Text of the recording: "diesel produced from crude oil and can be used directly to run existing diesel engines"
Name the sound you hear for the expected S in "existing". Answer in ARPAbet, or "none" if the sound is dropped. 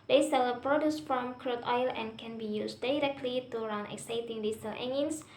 none